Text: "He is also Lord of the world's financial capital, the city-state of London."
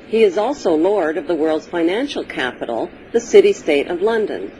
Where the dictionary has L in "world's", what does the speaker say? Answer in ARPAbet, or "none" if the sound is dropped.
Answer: L